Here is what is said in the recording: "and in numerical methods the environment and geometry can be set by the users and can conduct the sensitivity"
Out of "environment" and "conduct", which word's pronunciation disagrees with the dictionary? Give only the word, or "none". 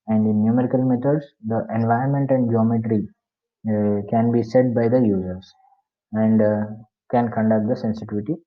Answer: environment